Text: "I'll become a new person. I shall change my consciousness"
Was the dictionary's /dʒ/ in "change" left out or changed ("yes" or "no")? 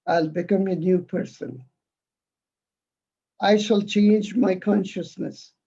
no